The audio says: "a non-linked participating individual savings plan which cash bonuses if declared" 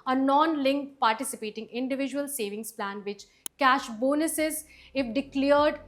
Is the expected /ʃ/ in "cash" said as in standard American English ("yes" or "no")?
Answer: yes